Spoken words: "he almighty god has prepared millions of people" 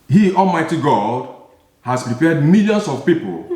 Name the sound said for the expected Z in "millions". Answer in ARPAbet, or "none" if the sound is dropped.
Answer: S